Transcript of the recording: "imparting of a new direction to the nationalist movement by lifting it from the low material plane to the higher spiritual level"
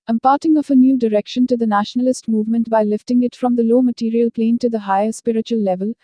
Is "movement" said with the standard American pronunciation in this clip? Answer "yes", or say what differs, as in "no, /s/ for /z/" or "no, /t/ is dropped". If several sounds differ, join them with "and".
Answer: yes